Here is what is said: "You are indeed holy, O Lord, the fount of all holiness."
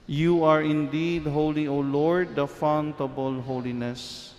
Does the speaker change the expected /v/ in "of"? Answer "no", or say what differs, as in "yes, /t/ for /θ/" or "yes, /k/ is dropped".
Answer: yes, /b/ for /v/